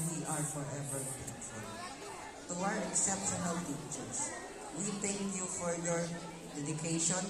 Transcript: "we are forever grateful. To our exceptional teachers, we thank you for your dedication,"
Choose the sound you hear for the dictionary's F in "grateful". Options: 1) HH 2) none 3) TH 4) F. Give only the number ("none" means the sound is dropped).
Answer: 2